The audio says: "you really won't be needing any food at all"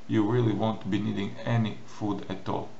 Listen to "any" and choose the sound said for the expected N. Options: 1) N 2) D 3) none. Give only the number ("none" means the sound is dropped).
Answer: 1